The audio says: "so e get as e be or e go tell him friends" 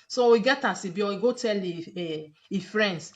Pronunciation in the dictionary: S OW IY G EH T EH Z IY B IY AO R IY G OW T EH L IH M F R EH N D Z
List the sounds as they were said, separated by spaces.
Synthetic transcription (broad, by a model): S OW IY G EH T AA S IY B IY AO W IY G OW T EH L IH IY F R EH N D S